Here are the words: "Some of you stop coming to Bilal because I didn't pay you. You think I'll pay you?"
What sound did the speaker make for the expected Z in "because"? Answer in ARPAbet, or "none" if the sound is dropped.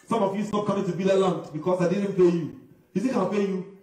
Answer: S